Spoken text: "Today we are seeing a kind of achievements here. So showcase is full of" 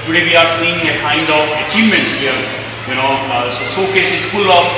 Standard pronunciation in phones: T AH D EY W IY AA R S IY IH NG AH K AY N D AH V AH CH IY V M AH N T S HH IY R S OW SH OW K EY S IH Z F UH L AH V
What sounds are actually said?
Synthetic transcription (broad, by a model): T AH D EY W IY AA R S IY IH NG AH K AY N D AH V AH CH IY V M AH N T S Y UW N S OW S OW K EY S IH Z F UH L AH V